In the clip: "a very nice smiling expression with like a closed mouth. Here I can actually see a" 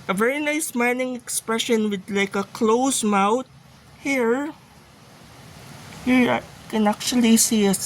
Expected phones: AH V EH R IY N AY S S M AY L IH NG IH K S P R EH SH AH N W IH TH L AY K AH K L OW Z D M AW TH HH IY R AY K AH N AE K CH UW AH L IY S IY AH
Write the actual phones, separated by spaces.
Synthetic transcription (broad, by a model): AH V EH R IY N AY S S M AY N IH NG IH K S P R EH SH AH N W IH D L AY K AH K L OW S M AW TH HH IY R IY K AH N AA K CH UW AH L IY S IY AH